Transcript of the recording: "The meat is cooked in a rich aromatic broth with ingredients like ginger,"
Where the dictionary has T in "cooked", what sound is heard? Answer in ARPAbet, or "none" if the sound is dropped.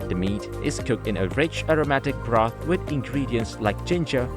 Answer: T